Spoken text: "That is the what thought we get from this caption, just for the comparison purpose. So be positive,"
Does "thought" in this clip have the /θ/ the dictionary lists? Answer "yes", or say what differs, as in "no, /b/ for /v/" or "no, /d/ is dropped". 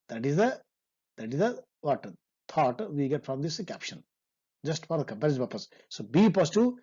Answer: no, /t/ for /θ/